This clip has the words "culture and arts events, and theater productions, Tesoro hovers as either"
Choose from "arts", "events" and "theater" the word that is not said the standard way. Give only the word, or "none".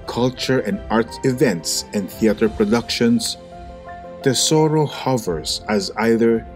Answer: arts